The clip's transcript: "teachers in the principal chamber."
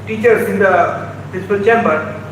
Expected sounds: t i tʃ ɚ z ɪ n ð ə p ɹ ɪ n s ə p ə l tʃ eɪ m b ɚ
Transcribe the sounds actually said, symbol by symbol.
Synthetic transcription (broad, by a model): t i tʃ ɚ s ɪ n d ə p ɪ s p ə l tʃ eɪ m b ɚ